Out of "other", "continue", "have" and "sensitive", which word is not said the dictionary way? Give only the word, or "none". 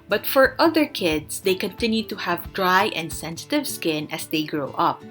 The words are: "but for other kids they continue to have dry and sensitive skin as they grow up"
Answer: none